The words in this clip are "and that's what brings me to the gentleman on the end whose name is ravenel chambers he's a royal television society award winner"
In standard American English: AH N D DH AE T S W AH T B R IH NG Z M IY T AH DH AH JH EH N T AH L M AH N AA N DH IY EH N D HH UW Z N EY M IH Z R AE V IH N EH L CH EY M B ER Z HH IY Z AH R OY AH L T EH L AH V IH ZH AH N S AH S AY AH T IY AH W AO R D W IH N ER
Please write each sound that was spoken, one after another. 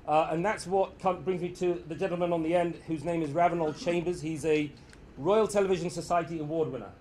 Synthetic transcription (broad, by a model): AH N DH AE T S W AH T B R IH NG Z M IY T AH DH AH JH EH N T L M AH N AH N DH IY EH N D HH UW Z N EY M IH Z R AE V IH N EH L CH EY M B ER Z HH IY Z AH R OY AH L T EH L AH V IH ZH AH N S AH S AY AH T IY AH W AO D W IH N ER